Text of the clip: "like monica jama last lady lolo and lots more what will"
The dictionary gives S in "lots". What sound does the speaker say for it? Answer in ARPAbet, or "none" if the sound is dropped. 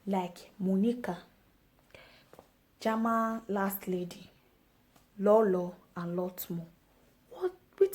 none